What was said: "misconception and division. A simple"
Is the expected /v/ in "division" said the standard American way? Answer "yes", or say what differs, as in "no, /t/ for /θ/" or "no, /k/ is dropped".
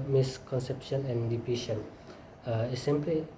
no, /p/ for /v/